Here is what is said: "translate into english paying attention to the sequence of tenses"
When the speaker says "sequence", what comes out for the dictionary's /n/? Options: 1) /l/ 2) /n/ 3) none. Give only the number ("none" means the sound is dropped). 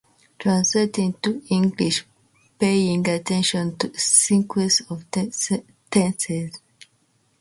3